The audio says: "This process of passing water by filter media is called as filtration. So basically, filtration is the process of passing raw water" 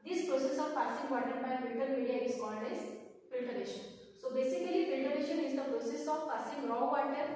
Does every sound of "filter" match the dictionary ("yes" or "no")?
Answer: no